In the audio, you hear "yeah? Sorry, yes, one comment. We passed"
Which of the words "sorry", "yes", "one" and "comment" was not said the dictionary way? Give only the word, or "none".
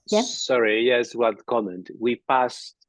one